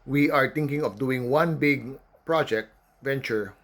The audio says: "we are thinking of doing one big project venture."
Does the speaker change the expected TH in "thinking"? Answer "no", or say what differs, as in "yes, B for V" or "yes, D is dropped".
yes, T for TH